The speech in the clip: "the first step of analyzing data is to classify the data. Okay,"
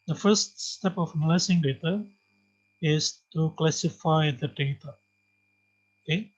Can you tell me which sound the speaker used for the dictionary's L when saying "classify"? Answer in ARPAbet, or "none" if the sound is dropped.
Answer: L